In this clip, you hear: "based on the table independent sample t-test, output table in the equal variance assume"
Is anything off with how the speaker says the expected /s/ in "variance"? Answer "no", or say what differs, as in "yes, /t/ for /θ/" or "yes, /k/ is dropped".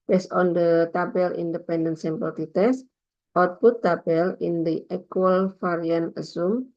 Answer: yes, /s/ is dropped